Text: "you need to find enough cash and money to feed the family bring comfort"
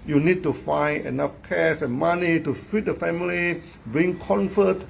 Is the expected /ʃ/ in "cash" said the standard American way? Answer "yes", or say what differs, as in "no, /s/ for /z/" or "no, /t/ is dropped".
no, /s/ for /ʃ/